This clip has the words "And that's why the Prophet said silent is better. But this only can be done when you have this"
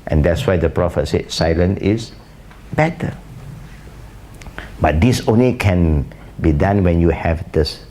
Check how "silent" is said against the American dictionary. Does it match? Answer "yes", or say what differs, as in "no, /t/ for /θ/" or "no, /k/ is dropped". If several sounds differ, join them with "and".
no, /t/ is dropped